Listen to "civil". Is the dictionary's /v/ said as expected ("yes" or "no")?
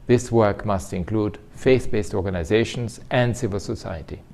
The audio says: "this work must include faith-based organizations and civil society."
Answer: yes